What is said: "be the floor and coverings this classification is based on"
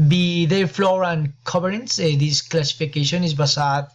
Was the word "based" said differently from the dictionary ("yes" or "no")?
yes